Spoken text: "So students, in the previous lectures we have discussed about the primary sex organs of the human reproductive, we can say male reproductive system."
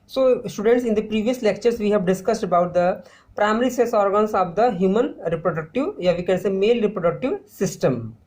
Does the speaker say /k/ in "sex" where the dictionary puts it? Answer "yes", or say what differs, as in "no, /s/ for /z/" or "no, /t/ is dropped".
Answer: no, /k/ is dropped